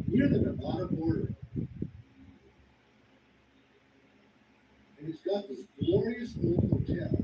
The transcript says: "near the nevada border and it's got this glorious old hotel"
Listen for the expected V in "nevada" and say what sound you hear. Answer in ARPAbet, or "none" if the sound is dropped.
B